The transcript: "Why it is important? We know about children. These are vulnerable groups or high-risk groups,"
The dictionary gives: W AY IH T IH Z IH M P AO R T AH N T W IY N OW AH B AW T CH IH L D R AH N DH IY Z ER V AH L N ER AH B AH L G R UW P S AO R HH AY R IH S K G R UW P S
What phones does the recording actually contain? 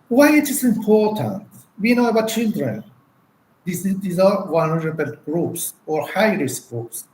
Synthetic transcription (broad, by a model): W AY IH T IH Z IH M P AO R T AH N T W IY N OW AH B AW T CH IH L D R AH N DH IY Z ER W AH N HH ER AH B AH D G R UW P S AO R HH AY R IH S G R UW P S